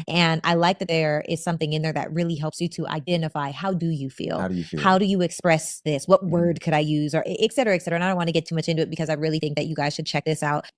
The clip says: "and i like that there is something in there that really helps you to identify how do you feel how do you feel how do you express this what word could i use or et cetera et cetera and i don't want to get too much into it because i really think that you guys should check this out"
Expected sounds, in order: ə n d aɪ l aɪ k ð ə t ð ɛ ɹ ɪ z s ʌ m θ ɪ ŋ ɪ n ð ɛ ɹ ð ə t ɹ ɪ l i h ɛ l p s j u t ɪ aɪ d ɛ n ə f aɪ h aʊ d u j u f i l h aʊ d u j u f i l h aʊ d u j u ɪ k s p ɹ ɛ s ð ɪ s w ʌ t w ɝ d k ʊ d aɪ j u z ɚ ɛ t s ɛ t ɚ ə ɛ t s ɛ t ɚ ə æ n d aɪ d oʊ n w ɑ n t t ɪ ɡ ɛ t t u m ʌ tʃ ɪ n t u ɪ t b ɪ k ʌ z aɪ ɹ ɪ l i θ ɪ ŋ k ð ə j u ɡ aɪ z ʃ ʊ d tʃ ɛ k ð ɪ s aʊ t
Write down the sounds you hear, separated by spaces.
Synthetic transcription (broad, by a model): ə n aɪ l aɪ k ð ə t ð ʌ ɹ ɪ z s ʌ m θ ɪ ŋ ɪ n ð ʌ ɹ ð ə t ɹ ɪ l i h ɛ l p s j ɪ t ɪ aɪ d ɛ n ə f aɪ h aʊ d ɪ j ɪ f i l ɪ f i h h aʊ d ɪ j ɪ ɪ k s p ɹ ɛ s ð ɪ s w ʌ t w ɝ d k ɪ d aɪ j u z ɚ t s ɛ t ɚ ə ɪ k s ɛ t ɚ ə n aɪ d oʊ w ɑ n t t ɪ ɡ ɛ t t u m ʌ tʃ ɪ n t u ɪ t b ɪ k ʌ z aɪ ɹ ɪ l i θ ɪ ŋ k ð ə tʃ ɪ ɡ aɪ z ʃ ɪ d tʃ ɛ k ð ɪ s aʊ t